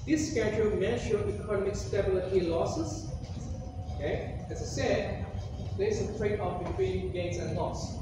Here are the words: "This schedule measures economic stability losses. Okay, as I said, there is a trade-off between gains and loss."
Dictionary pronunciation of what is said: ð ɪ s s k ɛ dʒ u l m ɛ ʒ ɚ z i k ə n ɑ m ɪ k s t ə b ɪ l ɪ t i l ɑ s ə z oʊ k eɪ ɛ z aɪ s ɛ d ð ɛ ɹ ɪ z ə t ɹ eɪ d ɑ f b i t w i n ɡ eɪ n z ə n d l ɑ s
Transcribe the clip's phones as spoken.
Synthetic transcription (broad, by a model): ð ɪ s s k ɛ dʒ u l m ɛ ʃ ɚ i k ə n ɑ m ɪ k s t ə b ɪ l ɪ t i l ɑ s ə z oʊ k eɪ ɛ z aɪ s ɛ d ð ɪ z ə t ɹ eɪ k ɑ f b i t w i n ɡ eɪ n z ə n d l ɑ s